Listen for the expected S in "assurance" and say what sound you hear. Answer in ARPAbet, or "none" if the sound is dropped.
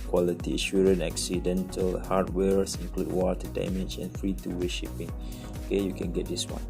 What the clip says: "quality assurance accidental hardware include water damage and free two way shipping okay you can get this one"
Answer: none